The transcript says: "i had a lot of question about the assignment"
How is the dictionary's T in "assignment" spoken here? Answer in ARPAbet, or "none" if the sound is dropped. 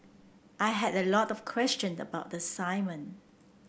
none